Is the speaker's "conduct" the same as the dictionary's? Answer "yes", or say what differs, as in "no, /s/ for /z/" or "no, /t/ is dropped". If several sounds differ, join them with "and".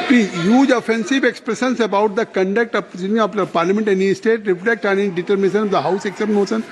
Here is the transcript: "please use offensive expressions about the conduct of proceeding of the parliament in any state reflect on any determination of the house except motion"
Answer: yes